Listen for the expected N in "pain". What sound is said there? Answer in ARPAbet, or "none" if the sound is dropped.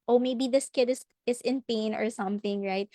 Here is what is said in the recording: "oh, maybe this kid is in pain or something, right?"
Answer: N